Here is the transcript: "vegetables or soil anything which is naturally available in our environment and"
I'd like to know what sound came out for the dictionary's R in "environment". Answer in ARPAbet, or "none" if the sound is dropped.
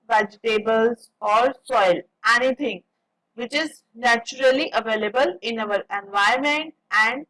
none